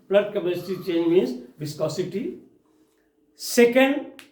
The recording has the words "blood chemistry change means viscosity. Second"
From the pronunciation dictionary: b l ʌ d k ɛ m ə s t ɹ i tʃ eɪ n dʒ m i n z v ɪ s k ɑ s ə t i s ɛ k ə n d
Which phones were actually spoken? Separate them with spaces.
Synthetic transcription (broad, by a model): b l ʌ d k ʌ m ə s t i tʃ eɪ n dʒ m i n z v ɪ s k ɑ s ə t i s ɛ k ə n d